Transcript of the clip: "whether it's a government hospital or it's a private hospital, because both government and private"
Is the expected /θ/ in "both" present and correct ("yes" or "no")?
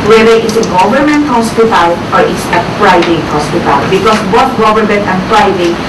no